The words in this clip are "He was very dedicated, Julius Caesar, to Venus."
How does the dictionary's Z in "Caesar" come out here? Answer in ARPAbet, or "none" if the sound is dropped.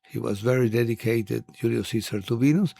S